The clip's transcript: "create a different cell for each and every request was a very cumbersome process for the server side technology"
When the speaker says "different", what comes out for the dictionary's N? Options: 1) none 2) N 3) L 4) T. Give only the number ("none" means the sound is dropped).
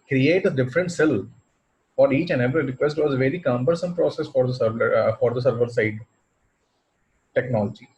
2